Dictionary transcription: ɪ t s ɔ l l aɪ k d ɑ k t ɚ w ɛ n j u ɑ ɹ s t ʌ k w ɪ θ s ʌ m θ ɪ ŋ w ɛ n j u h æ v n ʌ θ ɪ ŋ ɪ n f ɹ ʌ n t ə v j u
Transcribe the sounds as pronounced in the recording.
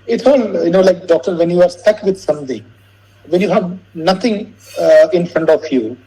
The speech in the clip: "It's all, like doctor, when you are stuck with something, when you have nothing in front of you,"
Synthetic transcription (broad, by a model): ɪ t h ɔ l l aɪ k d ɑ k t ɚ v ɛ n j u ɑ ɹ s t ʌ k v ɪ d s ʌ m t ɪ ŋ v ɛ n j u h æ v n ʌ t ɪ ŋ ɪ n f ɹ ʌ n t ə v j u